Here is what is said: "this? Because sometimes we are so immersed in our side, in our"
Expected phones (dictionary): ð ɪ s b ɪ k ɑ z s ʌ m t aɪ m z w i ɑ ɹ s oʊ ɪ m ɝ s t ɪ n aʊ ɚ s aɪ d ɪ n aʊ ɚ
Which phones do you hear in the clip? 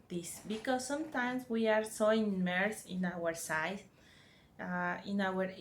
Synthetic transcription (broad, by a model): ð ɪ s b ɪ k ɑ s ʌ m t aɪ m s w i ɑ ɹ s oʊ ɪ m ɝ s ɪ n aʊ ɚ s aɪ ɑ ɪ n aʊ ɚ